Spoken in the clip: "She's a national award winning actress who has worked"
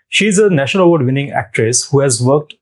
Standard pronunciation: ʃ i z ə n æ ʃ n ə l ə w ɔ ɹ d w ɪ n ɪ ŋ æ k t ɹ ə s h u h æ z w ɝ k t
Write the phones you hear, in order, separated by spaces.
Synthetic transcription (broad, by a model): ʃ i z ə n æ ʃ n ə l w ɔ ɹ d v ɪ n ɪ ŋ æ k t ɹ ə s h u h æ z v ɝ k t